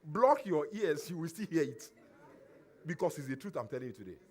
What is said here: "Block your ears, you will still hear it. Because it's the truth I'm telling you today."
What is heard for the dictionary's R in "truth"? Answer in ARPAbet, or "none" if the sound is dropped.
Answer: R